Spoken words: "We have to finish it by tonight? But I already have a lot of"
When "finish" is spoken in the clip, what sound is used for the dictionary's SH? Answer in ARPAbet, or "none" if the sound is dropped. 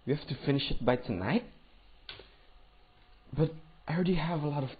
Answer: SH